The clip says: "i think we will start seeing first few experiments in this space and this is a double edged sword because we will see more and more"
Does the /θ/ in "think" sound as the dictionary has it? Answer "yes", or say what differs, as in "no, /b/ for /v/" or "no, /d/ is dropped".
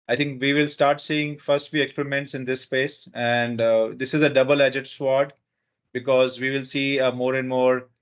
no, /t/ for /θ/